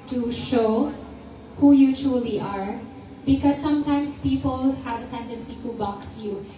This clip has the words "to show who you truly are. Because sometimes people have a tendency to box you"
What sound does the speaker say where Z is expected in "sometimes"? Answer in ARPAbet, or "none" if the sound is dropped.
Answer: S